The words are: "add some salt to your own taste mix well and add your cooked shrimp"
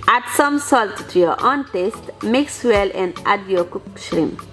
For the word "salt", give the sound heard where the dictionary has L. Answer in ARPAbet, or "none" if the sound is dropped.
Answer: L